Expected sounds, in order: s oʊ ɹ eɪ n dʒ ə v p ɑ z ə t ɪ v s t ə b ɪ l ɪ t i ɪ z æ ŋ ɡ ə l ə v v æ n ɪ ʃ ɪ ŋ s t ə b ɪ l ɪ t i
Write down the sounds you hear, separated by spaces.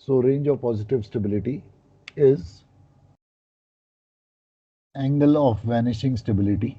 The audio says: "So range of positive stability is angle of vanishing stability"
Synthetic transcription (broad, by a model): s oʊ ɹ eɪ n dʒ ə v p ɑ z ə t ɪ v s t ə b ɪ l ɪ t i ɪ z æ ŋ ɡ ə l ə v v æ n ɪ ʃ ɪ ŋ s t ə b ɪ l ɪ t i